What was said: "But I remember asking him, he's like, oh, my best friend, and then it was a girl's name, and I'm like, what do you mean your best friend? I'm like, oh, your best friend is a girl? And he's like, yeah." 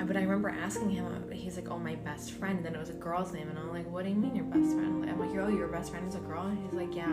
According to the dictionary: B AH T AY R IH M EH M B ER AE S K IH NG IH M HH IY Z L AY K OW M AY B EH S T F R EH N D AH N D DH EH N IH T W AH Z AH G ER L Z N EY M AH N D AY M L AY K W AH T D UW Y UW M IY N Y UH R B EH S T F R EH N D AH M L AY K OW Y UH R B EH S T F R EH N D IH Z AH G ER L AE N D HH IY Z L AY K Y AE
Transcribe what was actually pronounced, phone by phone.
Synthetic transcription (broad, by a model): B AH T AY R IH M EH M B ER AE S K IH NG IH M HH IY Z L AY K OW M AY B EH S T F R EH N D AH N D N IH T W AH Z AH G ER L Z N EY M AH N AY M L AY K W AH T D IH Y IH M IY N Y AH R B EH S T F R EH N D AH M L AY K OW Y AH R B EH S T F R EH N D IH Z AH G ER L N HH IY Z L AY K Y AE